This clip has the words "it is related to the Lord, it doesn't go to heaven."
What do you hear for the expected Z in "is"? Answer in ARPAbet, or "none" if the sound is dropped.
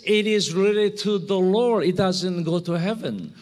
Z